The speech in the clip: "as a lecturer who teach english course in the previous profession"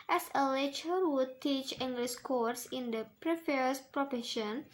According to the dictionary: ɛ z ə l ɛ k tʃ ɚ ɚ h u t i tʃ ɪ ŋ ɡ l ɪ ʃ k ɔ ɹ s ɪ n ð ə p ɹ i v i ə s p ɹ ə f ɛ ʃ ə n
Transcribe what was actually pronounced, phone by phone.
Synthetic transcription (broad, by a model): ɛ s ə l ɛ tʃ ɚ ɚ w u t i tʃ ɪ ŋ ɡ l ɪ s k ɔ ɹ s ɪ n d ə p ɹ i f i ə s p ɹ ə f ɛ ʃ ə n